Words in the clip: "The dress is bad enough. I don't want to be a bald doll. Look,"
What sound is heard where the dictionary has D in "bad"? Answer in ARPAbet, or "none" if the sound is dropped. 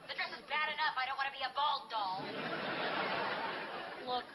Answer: D